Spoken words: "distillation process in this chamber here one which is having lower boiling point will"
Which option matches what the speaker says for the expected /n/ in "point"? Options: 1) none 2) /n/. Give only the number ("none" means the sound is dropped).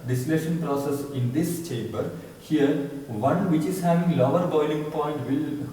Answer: 2